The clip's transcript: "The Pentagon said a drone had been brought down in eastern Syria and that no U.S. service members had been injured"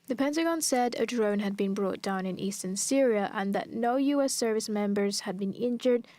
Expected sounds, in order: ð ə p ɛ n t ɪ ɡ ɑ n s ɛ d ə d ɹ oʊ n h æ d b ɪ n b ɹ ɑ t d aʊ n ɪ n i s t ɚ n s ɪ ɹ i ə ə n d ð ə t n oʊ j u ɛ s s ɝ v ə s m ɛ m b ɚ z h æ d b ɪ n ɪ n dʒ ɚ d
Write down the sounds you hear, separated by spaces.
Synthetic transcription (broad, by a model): ð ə p ɛ n t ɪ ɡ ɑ n s ɛ d ə d ɹ oʊ n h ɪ d b ɪ n b ɹ ɑ t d aʊ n ɪ n i s t ɚ n s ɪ ɹ i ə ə n ð ə t n oʊ j u ɛ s s ɝ v ə s m ɛ m b ɚ z h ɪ d b ɪ n ɪ n dʒ ɚ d